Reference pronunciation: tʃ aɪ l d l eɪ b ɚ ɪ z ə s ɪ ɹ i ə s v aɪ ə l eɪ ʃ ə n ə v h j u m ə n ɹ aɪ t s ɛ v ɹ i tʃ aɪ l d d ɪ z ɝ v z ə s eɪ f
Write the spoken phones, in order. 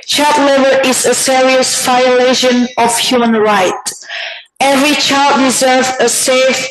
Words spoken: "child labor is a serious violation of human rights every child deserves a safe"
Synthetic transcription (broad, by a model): tʃ aɪ l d l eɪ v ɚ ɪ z ə s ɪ ɹ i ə s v aɪ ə l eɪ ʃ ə n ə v h j u m ə n ɹ aɪ t ɛ v ɹ i tʃ aɪ l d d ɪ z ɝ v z ə s eɪ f